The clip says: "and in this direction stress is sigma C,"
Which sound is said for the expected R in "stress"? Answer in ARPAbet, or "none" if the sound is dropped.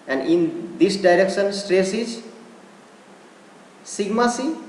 R